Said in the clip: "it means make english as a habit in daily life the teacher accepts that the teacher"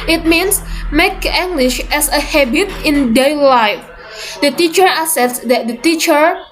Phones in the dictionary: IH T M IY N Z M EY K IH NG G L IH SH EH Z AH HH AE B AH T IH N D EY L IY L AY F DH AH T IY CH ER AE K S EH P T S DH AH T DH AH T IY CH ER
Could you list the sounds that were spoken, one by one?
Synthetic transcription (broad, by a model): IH T M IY N S M EY K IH NG G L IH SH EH S AH HH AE B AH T IH N D EY L IY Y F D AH T IY CH ER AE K S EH T S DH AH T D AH T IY CH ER